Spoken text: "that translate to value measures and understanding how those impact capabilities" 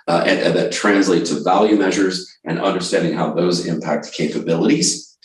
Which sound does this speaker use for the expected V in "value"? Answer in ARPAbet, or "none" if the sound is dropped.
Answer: V